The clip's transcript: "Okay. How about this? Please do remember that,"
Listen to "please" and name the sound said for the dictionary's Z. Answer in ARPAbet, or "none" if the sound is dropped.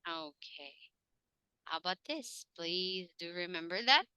Z